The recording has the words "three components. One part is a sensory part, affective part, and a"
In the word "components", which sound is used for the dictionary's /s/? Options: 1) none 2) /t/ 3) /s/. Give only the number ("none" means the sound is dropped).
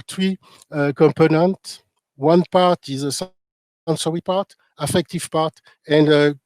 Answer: 1